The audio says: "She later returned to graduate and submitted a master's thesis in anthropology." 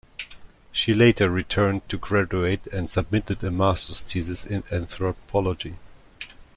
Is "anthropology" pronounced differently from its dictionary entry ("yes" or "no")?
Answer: no